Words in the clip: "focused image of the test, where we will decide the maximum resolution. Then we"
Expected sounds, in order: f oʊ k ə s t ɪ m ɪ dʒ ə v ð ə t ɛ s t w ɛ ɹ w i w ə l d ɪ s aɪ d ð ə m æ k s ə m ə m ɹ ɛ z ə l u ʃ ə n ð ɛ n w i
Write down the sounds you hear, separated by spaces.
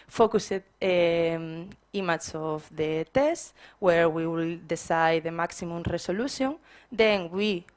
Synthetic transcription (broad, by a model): f oʊ k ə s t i m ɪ tʃ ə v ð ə t ɛ s t w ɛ ɹ w i w ə l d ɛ s aɪ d ð ə m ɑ k s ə m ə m ɹ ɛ s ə l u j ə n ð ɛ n w i